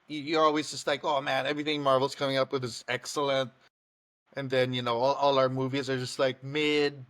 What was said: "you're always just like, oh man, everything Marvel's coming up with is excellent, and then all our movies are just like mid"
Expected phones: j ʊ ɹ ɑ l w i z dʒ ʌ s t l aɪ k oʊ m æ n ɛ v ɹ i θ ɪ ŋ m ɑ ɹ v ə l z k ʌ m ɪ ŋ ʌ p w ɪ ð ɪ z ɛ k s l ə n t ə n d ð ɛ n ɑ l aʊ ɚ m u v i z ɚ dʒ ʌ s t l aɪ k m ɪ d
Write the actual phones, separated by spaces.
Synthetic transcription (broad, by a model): j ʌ ɹ ɑ l w i z dʒ ʌ s t l aɪ k oʊ m æ n ɛ v ɹ i θ ɪ ŋ m ɑ ɹ v l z k ʌ m ɪ ŋ ʌ p w ɪ ð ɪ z ɛ k s l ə n t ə n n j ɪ n ɑ l aʊ ɚ m u v i z ɚ dʒ ʌ s t l aɪ k m ɪ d